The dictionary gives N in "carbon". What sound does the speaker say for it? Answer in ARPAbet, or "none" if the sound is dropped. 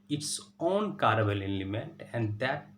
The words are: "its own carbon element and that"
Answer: L